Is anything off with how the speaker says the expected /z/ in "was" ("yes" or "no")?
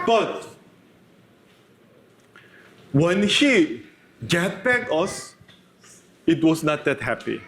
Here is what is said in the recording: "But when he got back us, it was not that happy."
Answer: yes